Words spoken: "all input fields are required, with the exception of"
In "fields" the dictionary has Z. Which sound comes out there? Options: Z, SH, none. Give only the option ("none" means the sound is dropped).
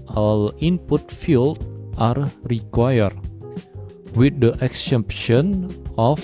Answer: none